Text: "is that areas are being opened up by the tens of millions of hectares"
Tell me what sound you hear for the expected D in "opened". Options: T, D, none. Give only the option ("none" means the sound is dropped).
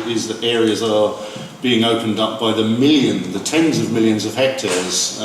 D